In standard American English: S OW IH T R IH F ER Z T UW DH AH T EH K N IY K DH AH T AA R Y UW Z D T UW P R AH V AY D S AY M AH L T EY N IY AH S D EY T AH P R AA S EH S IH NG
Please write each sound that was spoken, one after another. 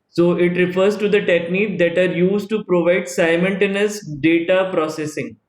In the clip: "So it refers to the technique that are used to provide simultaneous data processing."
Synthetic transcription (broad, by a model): S OW IH T R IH F ER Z T UW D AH T EH K N IY K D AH T AA R Y UW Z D T UW P R AH V AY D S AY M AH N T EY N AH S D EY T AH P R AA S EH S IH NG